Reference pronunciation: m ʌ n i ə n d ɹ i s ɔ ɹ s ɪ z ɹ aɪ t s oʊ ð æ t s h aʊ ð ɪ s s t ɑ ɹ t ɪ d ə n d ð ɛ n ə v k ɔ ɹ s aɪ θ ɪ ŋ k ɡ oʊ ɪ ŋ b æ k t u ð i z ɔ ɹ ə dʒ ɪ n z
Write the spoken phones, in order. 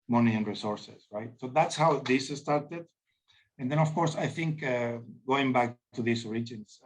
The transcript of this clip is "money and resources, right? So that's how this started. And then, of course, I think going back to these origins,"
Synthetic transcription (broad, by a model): m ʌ n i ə n ɹ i s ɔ ɹ s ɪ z ɹ aɪ t s oʊ ð æ t s h aʊ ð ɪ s s t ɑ ɹ t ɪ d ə n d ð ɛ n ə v k ɔ ɹ s aɪ θ ɪ ŋ k ɡ oʊ ɪ ŋ b æ k t u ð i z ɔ ɹ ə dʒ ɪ n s